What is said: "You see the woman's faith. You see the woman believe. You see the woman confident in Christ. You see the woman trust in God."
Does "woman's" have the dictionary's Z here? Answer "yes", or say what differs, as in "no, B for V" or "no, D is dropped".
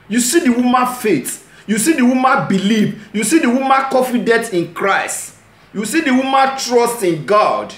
no, Z is dropped